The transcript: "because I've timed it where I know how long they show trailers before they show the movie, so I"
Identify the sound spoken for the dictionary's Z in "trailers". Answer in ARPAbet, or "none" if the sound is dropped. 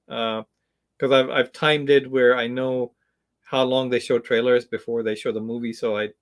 Z